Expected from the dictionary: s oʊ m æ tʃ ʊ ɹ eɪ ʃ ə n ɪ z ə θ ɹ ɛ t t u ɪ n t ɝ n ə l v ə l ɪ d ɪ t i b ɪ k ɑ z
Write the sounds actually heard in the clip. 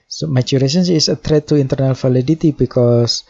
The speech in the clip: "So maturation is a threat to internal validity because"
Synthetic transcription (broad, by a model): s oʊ m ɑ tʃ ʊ ɹ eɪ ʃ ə n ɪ s ə t ɹ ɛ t t u ɪ n t ɝ n ə l f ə l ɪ d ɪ t i b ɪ k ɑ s